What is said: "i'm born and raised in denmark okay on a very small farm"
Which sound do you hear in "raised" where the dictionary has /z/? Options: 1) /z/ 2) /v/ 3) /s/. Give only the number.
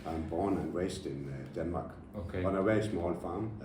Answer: 3